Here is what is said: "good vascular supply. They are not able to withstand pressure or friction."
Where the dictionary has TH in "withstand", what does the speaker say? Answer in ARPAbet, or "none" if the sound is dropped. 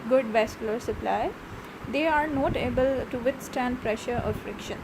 T